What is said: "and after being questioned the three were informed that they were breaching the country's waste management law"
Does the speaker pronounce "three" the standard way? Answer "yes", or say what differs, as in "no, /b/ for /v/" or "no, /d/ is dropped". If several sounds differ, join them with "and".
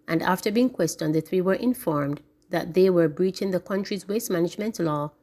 yes